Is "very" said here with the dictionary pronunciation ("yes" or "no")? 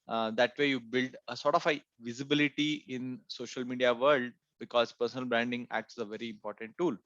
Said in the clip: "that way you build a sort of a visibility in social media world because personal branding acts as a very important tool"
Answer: yes